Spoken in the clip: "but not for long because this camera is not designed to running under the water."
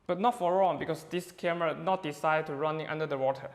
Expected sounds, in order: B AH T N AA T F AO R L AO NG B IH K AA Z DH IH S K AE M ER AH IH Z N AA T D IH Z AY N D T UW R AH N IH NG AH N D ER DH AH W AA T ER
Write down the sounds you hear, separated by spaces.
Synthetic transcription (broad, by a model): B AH T N AA T F AO R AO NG B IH K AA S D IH S K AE M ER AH N AA T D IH S AY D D T UW R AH N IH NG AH N D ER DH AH W AA T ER